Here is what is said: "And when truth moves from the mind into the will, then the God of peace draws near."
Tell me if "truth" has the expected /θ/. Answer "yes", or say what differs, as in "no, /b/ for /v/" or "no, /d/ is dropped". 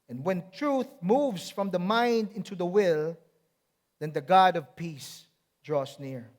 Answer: yes